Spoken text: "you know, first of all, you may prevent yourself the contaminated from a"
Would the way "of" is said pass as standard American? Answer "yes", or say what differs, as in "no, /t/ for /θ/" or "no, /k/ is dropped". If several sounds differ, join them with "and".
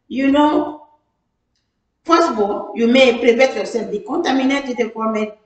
no, /b/ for /v/